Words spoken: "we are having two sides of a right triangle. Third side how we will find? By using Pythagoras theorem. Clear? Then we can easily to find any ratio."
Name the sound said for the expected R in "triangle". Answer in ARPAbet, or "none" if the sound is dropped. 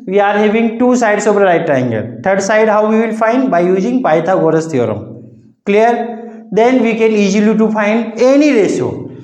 none